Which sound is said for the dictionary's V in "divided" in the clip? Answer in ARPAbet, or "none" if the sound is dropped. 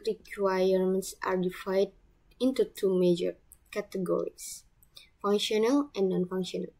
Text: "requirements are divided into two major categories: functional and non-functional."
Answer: F